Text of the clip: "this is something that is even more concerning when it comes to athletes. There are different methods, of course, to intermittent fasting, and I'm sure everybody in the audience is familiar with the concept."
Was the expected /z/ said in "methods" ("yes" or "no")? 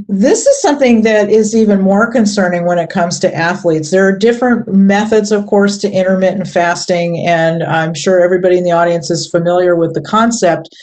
yes